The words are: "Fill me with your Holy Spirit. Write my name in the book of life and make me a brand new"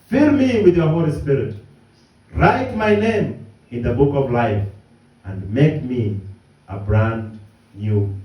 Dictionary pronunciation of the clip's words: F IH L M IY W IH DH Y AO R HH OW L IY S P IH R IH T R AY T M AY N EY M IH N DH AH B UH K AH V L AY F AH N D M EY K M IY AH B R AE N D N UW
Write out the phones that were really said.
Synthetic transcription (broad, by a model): F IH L M IY W IH DH Y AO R HH OW L IY S P IH R IH T R AY T M AY N EY M IH N DH AH B UH K AH V L AY F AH N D M EY K M IY AH B R AE N D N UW